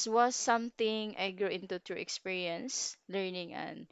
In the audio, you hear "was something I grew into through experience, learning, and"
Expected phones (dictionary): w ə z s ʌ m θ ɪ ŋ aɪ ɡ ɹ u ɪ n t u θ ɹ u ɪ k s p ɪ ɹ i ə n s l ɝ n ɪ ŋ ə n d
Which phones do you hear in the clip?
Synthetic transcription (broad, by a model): w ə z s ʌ m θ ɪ ŋ aɪ ɡ ɹ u ɪ n t u t ɹ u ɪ k s p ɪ ɹ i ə n s l ɝ n ɪ ŋ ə n